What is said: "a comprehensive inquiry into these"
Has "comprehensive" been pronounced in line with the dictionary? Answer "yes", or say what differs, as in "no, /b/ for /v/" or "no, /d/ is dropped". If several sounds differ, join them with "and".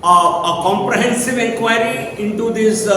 yes